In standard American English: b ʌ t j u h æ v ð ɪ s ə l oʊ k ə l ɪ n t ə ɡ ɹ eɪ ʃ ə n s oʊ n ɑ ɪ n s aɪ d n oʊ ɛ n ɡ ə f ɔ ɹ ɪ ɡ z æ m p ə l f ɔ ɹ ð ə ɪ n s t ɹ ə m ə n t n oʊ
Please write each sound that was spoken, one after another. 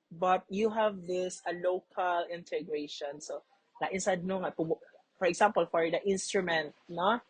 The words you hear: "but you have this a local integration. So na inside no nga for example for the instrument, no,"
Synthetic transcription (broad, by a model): b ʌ t j u h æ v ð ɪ s ə l oʊ k ə l ɪ n t ə ɡ ɹ eɪ ʃ ə n s oʊ l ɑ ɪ n s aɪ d n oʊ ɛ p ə f ɔ ɹ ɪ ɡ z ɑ m p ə l f ɔ ɹ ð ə ɪ n s t ɹ ə m ə n t n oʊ